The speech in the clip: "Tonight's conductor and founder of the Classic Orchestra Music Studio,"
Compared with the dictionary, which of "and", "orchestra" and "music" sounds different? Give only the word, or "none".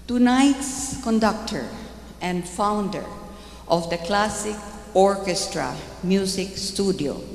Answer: music